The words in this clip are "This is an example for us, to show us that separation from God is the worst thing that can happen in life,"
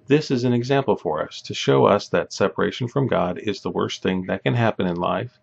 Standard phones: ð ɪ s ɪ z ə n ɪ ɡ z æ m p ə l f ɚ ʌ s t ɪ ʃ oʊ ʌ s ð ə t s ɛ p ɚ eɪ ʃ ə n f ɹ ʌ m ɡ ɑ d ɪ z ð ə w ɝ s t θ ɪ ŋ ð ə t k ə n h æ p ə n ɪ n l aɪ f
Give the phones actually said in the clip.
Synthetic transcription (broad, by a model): ð ɪ s ɪ z ə n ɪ ɡ z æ m p l f ɚ ʌ s t ɪ ʃ oʊ ʌ s ð ə t s ɛ p ɚ eɪ ʃ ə n f ɹ ʌ m ɡ ɑ d ɪ z ð ə w ɝ s t θ ɪ ŋ ð ə t k ə n h æ p ə n ɪ n l aɪ f